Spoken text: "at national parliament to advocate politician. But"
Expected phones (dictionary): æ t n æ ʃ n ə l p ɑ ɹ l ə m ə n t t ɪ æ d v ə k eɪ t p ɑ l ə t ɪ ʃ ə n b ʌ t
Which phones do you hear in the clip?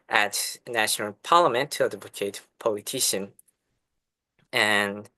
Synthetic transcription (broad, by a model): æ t n æ ʃ n ə l p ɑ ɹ l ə m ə n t t ɪ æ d ə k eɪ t p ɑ l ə t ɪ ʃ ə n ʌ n